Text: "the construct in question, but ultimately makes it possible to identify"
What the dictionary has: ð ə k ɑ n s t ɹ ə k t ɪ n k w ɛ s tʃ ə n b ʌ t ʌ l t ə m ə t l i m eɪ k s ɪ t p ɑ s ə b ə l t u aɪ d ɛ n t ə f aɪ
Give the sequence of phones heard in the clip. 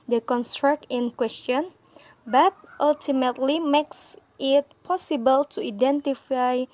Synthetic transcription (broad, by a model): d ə k ɑ n s t ɹ ə k t ɪ n k w ɛ s tʃ ə n b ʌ t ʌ l t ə m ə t l i m eɪ k s ɪ t p ɑ s ə b ə l t u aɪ d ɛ n t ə f aɪ